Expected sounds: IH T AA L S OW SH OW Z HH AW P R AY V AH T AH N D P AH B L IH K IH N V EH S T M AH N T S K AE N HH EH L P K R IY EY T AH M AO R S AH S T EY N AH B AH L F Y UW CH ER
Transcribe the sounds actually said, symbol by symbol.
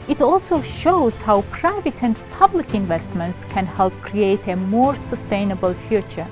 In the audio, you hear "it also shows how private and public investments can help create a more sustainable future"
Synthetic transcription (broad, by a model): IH T AA L S OW SH OW Z HH AW P R AY V AH T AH N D P AH B L IH K IH N V EH S T M AH N T S K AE N HH EH L P K R IY EY T AH M AO R S AH S T EY N AH B AH L F Y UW CH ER